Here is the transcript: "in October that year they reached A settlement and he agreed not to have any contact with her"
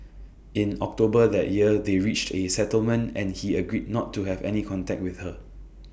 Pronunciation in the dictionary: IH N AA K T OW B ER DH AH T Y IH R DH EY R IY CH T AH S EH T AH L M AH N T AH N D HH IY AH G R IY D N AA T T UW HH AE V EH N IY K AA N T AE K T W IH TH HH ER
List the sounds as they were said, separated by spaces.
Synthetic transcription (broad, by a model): IH N AA K T OW B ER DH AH T Y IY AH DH EY R IY CH T AH S EH T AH L M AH N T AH N HH IY AH G R IY D N AA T T UW HH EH V EH N IY K AA N T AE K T W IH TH HH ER